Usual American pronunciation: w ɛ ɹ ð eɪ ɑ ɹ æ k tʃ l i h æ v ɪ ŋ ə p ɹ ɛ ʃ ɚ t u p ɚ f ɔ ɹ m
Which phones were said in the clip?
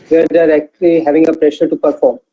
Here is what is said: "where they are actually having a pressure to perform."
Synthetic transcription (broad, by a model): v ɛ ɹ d ɑ ɹ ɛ k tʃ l i h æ v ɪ ŋ ə p ɹ ɛ ʃ ɚ t u p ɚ f ɔ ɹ m